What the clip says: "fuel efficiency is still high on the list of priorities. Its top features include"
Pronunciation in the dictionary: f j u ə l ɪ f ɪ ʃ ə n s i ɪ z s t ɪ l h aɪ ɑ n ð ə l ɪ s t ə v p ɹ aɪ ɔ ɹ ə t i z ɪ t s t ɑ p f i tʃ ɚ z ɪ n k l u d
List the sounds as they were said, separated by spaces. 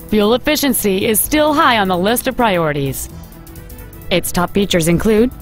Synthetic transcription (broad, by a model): f j u l ɪ f ɪ ʃ ə n s i ɪ z s t ɪ l h aɪ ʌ n ð ə l ɪ s t ə v p ɹ aɪ ɔ ɹ ə t i z ɪ t s t ɑ p f i tʃ ɚ z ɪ n k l u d